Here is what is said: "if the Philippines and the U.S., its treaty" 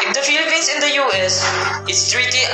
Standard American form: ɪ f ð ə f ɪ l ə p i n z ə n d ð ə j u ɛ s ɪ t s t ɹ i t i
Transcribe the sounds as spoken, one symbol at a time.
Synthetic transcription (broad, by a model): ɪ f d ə f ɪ l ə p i n s ə n d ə j u ɛ s ɪ t s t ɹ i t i